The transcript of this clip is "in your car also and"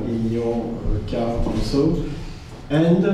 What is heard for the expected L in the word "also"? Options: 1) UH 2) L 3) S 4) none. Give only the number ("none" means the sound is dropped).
4